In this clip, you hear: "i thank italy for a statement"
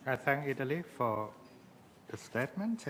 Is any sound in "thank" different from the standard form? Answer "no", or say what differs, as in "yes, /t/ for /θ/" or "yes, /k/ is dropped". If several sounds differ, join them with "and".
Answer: no